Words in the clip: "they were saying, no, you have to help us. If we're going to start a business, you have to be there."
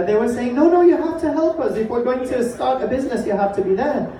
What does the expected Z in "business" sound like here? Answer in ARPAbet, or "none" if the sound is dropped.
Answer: Z